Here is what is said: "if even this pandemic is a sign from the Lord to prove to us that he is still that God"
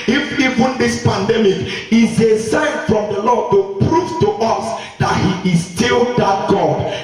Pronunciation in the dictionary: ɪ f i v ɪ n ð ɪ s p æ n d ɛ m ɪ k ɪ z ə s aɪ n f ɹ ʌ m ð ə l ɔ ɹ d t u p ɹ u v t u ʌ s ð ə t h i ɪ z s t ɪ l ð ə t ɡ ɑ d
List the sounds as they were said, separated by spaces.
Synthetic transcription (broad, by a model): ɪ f i v ɪ n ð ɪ s p æ n d ɛ m ɪ k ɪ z ə s aɪ n f ɹ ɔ m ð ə l ɔ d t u p ɹ u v t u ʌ s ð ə t h i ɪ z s t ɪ l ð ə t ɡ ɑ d